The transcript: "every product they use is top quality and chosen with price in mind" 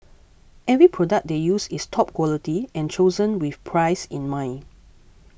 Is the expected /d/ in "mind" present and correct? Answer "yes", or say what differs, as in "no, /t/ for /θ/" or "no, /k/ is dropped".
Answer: no, /d/ is dropped